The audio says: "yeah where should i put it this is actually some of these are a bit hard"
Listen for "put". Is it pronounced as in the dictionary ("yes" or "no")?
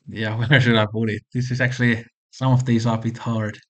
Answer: no